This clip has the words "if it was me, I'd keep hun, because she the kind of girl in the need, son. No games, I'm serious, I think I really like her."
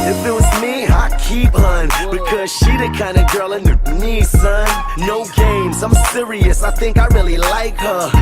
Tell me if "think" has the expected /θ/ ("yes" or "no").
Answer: yes